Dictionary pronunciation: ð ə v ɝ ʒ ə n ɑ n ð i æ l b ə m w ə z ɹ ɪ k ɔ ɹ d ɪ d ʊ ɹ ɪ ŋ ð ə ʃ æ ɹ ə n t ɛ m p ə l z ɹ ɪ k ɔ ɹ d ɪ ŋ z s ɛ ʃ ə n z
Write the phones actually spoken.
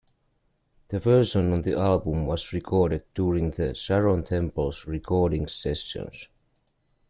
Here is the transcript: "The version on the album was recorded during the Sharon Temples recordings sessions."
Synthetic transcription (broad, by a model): ð ə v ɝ s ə n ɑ n ð i æ l b ə m w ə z ɹ ɪ k ɔ ɹ d ɪ d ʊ ɹ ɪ ŋ ð ə s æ ɹ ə n t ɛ m p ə l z ɹ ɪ k ɔ ɹ d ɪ ŋ s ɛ s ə n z